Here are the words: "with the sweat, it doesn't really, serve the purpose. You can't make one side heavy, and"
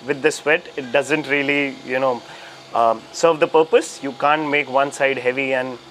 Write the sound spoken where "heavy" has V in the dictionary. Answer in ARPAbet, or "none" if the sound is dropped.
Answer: V